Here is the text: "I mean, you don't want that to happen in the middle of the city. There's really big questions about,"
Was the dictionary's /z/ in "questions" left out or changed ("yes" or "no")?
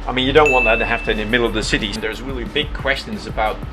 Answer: no